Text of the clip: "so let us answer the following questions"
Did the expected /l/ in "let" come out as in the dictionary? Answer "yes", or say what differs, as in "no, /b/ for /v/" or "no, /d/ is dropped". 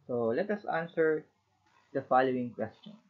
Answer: yes